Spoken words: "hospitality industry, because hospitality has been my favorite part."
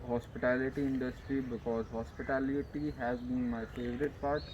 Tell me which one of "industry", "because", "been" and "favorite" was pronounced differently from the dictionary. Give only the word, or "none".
none